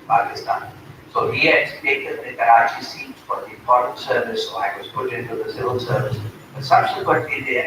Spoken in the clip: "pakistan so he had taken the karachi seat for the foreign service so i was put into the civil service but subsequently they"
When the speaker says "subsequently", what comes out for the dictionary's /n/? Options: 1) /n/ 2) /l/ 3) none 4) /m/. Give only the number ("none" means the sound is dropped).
3